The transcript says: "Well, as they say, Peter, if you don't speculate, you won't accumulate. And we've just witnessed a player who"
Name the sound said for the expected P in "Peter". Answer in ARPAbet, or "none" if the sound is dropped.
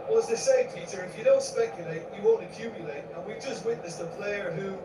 F